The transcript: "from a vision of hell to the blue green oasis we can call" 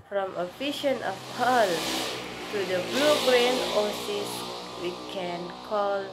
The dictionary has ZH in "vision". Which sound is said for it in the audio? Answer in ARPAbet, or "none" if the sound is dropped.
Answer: SH